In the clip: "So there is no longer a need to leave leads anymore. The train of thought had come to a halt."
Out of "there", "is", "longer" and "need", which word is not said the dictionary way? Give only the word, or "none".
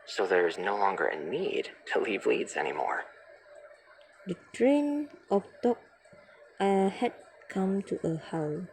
none